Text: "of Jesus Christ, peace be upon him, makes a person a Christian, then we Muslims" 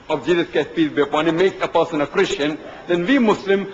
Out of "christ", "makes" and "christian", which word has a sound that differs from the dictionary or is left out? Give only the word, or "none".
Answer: christ